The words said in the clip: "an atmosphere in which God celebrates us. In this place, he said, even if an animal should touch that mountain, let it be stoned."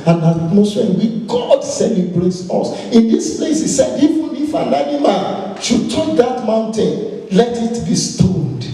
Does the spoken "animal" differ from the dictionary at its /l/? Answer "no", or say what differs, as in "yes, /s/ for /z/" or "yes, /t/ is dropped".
yes, /n/ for /l/